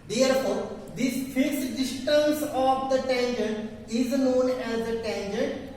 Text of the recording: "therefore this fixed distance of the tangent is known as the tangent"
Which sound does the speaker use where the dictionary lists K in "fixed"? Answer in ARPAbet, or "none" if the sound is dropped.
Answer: none